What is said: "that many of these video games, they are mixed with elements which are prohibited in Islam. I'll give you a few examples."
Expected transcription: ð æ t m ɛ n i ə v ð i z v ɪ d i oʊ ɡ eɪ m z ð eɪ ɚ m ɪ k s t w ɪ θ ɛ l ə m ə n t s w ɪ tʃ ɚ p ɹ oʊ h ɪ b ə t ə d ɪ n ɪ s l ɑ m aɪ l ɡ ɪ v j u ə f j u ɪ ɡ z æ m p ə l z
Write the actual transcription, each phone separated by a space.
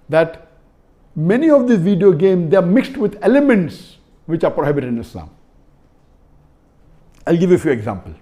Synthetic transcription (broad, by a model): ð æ t m ɛ n i ə v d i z v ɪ d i oʊ ɡ eɪ m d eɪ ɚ m ɪ k s t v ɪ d ɛ l ə m ə n t s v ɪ tʃ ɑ p ɹ oʊ h ɪ b ə t ə d ɪ n ɪ s l ɑ m aɪ l ɡ ɪ v j u ə f j u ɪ ɡ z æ m p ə l